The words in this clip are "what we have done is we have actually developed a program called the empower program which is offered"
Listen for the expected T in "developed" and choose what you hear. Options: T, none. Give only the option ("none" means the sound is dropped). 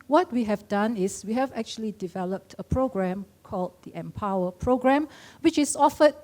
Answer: T